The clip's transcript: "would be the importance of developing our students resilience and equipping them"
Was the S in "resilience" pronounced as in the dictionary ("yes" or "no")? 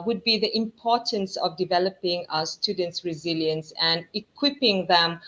yes